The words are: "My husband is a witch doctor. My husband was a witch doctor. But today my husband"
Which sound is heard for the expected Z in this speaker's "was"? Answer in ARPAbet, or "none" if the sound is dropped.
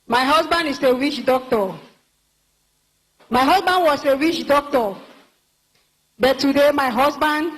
S